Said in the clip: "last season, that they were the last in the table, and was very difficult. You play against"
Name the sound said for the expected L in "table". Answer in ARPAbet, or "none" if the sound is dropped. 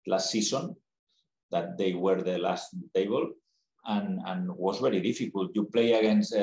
N